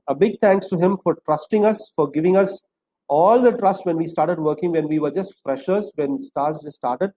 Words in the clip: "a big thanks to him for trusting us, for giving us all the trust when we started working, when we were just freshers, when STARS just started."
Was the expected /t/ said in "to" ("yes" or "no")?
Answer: yes